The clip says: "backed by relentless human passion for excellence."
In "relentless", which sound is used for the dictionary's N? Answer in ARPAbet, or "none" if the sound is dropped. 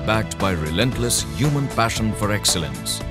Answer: N